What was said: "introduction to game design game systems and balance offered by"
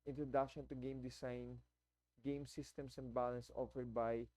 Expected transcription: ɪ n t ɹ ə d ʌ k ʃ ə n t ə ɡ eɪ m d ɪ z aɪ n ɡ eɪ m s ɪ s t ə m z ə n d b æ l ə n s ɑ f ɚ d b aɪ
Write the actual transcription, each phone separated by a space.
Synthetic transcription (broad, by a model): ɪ n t ɹ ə d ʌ k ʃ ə n t ə ɡ eɪ m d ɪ s aɪ n ɡ eɪ m s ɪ s t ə m s ə n d b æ l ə n s ɑ f ɚ d b aɪ